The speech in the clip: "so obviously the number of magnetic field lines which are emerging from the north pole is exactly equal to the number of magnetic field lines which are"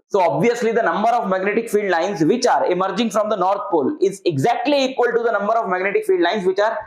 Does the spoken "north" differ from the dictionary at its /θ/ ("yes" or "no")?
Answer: yes